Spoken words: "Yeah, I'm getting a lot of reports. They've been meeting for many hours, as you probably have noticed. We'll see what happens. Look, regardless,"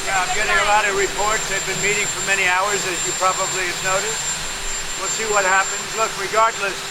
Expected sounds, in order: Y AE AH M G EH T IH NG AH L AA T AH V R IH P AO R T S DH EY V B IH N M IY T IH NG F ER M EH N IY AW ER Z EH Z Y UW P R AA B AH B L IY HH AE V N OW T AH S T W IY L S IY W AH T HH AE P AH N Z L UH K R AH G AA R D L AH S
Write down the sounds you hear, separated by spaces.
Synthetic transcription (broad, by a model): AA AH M G EH T IH NG AH L AA T AH V R IH P AO R T S DH EY V B IH N M IY T IH NG F ER M EH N IY AW ER Z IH Z Y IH P R AA B AH B L IY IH V N OW T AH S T W IY L S IY W AH T HH AE P AH N Z L UH K R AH G AA R D L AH S